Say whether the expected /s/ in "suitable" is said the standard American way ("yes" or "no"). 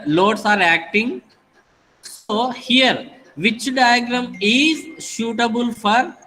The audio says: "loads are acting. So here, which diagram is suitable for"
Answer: no